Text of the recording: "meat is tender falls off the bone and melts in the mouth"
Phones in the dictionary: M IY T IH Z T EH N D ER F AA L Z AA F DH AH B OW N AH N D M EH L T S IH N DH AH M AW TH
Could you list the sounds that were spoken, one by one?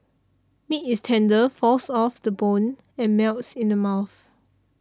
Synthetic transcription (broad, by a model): M IY T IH S T EH N D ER F AA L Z AA F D AH B OW N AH N M EH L T S IH N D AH M AW TH